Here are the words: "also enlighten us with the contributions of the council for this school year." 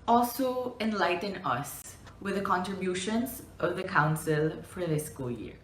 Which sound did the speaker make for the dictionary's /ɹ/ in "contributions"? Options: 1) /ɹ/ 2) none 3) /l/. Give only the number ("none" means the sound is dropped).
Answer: 1